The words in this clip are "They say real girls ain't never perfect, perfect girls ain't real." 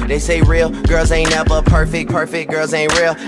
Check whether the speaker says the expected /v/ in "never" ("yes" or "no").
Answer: no